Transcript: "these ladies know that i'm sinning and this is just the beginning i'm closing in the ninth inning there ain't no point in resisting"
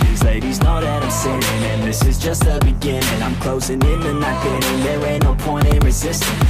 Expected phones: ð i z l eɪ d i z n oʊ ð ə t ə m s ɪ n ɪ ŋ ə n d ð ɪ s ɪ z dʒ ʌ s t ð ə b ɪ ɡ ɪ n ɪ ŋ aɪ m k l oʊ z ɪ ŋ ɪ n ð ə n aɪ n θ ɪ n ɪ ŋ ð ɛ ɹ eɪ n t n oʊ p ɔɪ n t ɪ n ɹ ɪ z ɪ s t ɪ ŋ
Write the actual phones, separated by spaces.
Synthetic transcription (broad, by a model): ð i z l eɪ d i z n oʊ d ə t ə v s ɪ ɪ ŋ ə n ð ɪ s ɪ z dʒ ʌ s t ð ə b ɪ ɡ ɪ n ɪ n aɪ m k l oʊ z ɪ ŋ ɪ n ð ə n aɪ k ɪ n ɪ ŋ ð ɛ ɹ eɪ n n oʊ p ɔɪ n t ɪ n ɹ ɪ z ɪ s t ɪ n